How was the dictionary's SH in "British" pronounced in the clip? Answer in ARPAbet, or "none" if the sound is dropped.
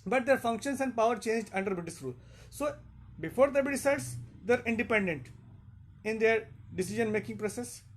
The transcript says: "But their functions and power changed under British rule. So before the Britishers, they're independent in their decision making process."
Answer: S